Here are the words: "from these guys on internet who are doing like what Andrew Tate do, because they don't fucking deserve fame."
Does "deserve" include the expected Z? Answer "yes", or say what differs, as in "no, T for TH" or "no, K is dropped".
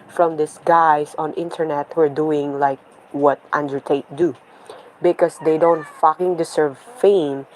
no, S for Z